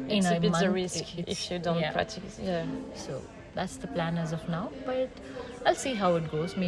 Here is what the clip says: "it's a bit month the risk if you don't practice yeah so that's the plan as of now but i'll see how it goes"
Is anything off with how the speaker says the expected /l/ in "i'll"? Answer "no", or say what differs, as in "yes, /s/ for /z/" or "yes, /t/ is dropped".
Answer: no